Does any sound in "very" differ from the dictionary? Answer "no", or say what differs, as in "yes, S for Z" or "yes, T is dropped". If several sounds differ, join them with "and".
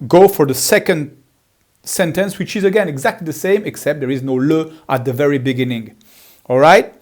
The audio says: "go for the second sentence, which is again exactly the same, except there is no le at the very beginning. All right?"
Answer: no